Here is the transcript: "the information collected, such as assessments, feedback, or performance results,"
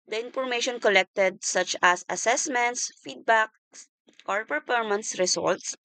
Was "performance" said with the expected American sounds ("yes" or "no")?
no